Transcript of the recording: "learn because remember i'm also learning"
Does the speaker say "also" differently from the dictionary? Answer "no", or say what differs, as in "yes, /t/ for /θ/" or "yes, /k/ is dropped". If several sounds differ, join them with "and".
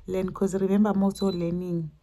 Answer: yes, /l/ is dropped